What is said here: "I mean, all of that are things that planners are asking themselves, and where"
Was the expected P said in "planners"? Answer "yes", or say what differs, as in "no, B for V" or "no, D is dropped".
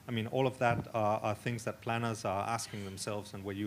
yes